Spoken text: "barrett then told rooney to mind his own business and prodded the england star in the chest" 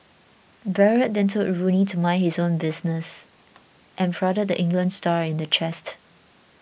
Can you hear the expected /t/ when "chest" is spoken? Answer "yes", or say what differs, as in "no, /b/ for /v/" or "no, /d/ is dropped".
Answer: yes